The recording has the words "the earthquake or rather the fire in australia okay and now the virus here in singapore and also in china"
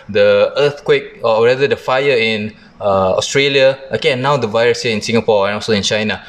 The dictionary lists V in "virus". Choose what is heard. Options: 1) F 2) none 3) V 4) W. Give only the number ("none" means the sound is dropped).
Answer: 3